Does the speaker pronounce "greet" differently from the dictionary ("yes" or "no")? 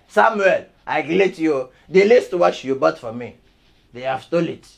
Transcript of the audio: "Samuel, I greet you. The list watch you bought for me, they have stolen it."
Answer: yes